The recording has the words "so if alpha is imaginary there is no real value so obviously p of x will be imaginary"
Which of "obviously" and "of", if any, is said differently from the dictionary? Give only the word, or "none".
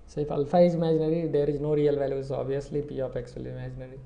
of